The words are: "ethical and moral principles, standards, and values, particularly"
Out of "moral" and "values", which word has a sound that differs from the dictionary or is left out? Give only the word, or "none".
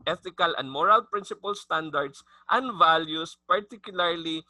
values